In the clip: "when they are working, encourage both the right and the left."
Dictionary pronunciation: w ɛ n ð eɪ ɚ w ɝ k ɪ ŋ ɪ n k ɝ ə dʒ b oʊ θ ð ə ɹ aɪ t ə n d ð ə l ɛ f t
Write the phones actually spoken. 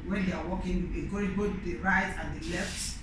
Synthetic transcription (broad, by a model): w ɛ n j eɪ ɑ w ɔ k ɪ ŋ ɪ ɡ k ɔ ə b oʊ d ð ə ɹ aɪ t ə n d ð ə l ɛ f t